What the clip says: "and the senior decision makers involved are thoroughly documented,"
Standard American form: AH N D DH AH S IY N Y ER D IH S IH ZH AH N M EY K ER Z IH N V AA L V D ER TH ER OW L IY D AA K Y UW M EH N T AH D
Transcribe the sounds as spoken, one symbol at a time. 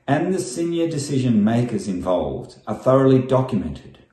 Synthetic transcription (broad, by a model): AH N DH AH S IY N Y ER D IH S IH ZH AH N M EY K ER Z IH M V AA L V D ER TH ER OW L IY D AA K Y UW M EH N T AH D